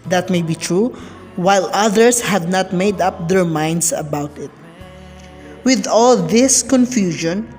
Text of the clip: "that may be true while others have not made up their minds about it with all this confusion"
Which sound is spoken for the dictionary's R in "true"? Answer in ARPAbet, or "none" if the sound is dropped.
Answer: R